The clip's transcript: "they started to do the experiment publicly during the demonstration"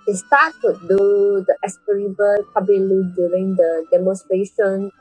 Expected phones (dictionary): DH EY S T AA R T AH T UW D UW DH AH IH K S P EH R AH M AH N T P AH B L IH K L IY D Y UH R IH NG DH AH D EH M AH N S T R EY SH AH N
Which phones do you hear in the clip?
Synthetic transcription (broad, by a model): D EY S T AA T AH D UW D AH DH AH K S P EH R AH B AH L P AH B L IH L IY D Y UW R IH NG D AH D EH M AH N S T R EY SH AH N